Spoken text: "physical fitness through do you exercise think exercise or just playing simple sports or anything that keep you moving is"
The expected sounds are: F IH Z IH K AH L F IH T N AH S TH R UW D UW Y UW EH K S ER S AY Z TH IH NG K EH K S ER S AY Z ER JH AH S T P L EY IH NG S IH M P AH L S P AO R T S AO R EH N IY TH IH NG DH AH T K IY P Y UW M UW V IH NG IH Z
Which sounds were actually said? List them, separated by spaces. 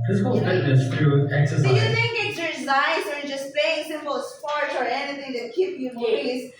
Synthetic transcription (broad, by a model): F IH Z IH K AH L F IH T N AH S T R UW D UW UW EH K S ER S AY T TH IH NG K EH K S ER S AY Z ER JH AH S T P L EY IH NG S IH M P AH L S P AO R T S AO R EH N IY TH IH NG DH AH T K IY P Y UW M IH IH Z